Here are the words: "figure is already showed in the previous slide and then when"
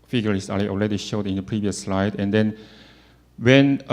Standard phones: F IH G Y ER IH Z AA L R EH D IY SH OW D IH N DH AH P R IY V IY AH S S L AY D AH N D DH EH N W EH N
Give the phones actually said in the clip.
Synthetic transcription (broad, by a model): F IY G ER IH S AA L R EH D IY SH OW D IH N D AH P R IY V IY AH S S L AY D AH N D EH N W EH N